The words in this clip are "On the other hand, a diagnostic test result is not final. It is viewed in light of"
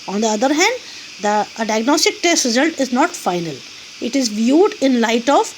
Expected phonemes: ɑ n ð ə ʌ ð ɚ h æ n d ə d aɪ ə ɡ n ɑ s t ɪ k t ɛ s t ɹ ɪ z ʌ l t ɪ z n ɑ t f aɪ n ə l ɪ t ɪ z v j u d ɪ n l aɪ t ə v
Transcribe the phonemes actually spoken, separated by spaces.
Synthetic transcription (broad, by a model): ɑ n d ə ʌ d ɚ h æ n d ə d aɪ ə ɡ n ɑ s t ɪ k t ɛ s t ɹ ɪ z ʌ l t ɪ z n ɑ t f aɪ n ə l ɪ t ɪ z v j u d ɪ n l aɪ t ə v